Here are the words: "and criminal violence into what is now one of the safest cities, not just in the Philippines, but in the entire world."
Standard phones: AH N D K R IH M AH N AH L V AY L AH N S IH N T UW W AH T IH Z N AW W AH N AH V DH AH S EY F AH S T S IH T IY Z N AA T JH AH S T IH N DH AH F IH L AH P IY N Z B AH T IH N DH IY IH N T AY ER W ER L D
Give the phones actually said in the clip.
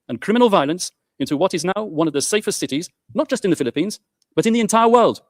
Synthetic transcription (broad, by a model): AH N K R IH M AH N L V AY L AH N S IH N T UW W AH T IH Z N AW W AH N AH V DH AH S EY F AH S T S IH T IY Z N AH T JH AH S T IH N DH AH F IH L AH P IY N Z B AH T IH N DH IY IH N T AY ER W ER L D